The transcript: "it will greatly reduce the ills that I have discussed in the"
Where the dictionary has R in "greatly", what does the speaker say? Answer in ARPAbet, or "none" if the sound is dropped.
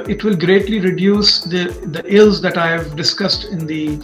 R